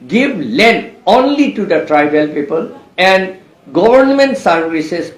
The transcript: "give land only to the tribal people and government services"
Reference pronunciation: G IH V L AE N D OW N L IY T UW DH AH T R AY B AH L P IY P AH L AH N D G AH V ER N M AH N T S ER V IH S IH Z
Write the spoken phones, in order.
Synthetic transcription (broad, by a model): G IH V L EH N OW N L IY T UW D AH T R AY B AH L P IY P AH L AH N D G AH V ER N M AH N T S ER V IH S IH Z